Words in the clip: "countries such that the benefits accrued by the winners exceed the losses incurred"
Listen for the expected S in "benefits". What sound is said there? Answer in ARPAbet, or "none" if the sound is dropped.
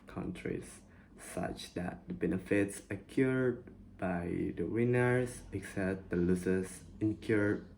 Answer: S